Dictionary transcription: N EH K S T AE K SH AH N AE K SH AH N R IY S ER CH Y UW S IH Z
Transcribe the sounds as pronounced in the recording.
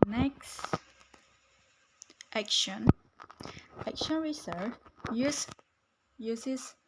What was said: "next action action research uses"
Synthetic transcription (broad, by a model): N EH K S T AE K SH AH N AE K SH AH N R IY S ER S Y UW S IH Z